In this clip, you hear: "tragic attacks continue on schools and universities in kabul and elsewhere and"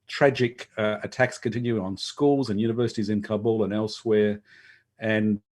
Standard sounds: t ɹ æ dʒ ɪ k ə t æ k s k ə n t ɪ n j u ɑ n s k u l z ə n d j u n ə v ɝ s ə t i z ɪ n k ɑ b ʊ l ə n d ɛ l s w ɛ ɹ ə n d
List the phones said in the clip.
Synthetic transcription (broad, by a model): t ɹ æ dʒ ɪ k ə t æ k s k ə n t ɪ n j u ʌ n s k u l z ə n j u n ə v ɝ s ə t i z ɪ n k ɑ b l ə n ɛ l s w ɛ ɹ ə n